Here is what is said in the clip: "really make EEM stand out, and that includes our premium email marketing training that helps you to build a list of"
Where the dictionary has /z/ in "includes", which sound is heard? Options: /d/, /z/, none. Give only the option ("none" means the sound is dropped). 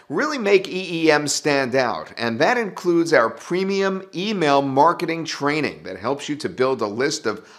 /z/